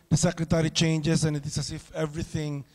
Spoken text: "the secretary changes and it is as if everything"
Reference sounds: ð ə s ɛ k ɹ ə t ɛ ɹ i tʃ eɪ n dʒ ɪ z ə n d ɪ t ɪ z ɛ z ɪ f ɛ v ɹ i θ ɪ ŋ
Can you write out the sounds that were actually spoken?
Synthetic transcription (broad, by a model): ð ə s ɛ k ə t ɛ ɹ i tʃ eɪ n dʒ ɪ s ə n ɪ t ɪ s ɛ s ɪ f ɛ v ɹ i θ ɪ ŋ